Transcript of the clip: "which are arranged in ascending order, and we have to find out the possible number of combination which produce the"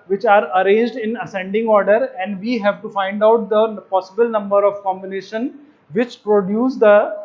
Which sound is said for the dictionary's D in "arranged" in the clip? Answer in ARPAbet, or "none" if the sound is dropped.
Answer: D